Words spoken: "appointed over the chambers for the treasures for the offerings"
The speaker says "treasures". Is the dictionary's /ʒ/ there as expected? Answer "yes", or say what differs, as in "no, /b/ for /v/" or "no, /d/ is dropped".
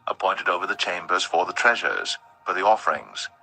yes